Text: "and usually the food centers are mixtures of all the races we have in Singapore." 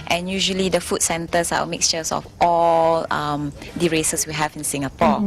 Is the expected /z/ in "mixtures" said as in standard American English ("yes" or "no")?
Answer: no